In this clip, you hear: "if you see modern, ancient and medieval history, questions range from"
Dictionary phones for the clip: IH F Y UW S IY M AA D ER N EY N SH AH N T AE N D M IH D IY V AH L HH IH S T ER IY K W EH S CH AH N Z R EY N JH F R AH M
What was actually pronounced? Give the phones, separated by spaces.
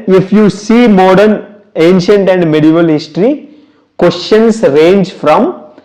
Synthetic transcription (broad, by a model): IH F Y UW S IY M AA D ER N EY N SH AH N T AE N D M IH D IY V AH L HH IH S T ER IY K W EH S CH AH N S R EY N JH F R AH M